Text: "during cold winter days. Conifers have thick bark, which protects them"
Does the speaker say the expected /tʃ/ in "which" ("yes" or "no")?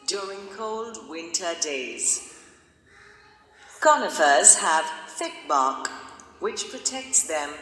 yes